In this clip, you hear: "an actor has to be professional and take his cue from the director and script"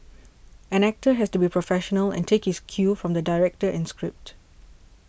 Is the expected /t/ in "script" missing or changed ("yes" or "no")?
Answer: no